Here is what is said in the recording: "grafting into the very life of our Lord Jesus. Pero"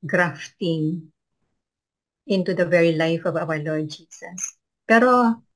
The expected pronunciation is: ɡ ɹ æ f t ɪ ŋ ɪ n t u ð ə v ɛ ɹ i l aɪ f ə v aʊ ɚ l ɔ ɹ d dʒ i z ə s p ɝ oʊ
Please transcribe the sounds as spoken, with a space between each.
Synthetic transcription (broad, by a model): ɡ ɹ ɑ f t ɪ ŋ ɪ n t u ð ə v ɛ ɹ i l aɪ f ə v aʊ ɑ l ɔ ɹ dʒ i s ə s p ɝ oʊ